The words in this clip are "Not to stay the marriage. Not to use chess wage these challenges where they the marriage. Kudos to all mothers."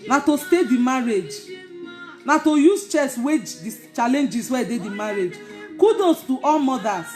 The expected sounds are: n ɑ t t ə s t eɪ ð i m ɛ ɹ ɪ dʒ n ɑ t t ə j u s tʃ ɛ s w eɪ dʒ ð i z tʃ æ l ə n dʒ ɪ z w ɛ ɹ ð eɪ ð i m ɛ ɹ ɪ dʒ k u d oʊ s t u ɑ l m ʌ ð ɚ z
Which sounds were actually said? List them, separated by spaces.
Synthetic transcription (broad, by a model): n ɑ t t ə s t eɪ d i m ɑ ɹ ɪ dʒ n ɑ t t ə j u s tʃ ɛ s w eɪ dʒ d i tʃ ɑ l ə n dʒ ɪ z w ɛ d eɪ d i m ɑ ɹ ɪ dʒ k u d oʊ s t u ɑ l m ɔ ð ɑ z